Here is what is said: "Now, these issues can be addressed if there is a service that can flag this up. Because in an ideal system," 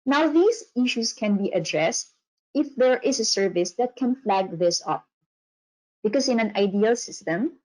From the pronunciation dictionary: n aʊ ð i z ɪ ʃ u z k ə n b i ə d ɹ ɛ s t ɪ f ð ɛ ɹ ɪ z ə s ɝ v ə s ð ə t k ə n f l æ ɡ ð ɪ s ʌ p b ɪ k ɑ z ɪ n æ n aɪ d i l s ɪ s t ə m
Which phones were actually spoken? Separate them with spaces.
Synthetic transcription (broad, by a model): n aʊ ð i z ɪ ʃ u s k ə n b i ə d ɹ ɛ s t ɪ f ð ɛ ɹ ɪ s ə s ɝ v ə s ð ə t k ə n f l æ ɡ ð ɪ s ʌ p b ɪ k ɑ s ɪ n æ n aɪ d i l s ɪ s t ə m